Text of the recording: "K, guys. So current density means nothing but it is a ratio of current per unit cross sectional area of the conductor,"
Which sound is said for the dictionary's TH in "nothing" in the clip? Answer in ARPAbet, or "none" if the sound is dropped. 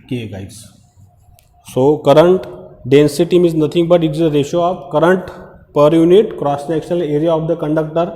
T